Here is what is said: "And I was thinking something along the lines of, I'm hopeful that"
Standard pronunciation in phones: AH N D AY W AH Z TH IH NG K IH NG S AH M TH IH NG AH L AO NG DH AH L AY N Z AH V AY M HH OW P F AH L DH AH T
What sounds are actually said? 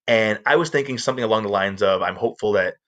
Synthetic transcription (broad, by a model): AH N AY W AH Z TH IH NG K IH NG S AH M TH IH NG AH L AO NG DH AH L AY N Z AH V AY M HH OW P F L DH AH T